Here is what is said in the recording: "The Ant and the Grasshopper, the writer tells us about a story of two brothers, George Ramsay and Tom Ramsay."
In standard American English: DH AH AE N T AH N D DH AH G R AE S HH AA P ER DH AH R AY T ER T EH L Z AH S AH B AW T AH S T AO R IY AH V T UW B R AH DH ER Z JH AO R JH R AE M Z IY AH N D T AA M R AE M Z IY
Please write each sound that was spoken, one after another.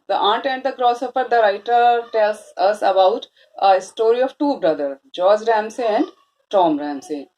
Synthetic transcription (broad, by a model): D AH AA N T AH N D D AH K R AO S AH F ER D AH R AY T ER T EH L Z AH S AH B AW T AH S T AO R IY AH V T UW B R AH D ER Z JH AO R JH R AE M S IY AH N D T AA M R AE M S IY